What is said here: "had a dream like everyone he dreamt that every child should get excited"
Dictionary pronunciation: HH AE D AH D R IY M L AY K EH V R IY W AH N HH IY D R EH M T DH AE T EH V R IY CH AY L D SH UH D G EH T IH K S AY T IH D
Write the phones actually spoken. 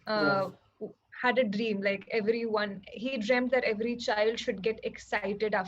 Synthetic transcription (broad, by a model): HH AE D AH D R IY M L AY K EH V R IY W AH N HH IY D R EH M T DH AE T EH V R IY CH AY L D SH UH D G EH T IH K S AY T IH D